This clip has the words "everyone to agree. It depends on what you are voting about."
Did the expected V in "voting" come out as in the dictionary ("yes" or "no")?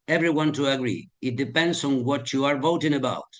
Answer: yes